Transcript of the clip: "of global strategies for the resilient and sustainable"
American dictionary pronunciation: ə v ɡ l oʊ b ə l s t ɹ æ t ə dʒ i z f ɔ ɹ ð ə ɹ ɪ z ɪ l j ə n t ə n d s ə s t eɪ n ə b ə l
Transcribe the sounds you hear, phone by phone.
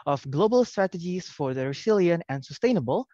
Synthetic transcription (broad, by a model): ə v ɡ l oʊ b ə l s t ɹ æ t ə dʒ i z f ɔ ɹ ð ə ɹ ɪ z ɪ l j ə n ə n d s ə s t eɪ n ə b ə l